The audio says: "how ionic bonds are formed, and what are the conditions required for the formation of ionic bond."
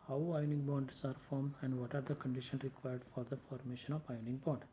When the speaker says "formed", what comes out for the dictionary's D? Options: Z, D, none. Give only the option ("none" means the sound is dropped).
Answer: none